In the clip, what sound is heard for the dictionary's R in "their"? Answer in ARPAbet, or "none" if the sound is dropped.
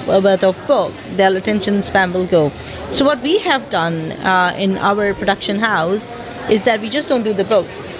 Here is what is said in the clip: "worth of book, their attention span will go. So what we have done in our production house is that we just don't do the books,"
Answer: L